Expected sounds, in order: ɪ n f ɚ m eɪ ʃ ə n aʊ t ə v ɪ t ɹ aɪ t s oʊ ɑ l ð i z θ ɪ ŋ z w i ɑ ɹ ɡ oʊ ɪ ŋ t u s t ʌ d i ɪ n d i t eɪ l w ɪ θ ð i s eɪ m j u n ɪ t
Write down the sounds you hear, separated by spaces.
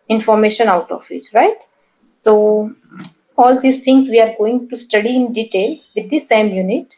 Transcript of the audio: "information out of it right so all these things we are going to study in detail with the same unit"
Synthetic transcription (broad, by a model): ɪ n f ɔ m eɪ ʃ ə n aʊ t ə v ɪ t ɹ aɪ t s oʊ ɑ l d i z t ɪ ŋ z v i ɑ ɹ ɡ oʊ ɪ ŋ t u s t ʌ d i ɪ n d i t eɪ l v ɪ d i s eɪ m j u n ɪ t